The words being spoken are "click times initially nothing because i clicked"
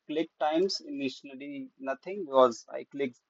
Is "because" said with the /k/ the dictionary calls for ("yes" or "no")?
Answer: no